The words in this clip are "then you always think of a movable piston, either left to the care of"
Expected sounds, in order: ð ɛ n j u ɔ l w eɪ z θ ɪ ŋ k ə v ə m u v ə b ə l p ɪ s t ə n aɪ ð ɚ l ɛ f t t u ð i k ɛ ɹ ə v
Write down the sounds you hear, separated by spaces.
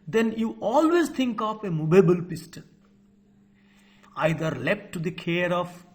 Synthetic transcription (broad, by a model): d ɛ n j u ɔ l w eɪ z t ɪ ŋ k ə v ə m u b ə b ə l p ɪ s t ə l aɪ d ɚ l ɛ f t t u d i k ɛ ɹ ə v